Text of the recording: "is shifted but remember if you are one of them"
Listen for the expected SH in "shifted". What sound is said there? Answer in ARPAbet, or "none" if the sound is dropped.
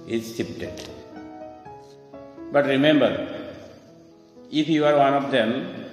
S